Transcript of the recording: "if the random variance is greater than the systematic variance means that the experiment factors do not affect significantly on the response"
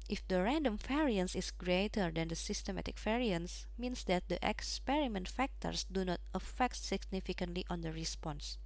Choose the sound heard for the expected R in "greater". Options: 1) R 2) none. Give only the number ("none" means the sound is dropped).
1